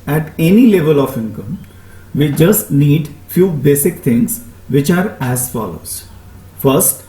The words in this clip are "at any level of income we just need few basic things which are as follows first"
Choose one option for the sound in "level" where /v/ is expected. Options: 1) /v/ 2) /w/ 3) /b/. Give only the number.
1